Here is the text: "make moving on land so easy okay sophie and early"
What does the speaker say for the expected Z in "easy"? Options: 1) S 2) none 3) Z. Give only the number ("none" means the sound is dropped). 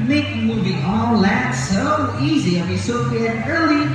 3